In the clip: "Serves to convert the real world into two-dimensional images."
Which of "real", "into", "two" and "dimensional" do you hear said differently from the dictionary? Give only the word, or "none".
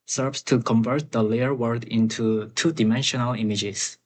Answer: real